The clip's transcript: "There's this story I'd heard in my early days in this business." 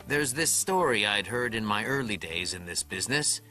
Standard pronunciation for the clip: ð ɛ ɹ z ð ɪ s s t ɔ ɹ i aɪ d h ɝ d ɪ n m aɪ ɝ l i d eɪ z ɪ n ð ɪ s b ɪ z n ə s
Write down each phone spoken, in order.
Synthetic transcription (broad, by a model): ð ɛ ɹ z ð ɪ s s t ɔ ɹ i aɪ d h ɝ d ɪ n m aɪ ɝ l i d eɪ z ɪ n ð ɪ s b ɪ z n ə s